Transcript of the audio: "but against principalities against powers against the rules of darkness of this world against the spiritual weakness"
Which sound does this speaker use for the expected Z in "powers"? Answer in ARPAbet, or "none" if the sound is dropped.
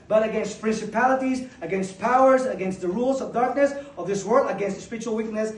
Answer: Z